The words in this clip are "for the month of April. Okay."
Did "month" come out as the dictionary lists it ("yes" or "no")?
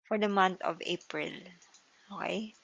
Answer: no